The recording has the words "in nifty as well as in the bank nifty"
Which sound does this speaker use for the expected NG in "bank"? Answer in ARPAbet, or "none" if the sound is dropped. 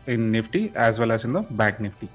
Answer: none